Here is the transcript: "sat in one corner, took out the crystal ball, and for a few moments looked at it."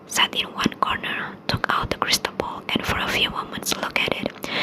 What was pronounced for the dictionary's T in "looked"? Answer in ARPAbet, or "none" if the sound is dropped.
none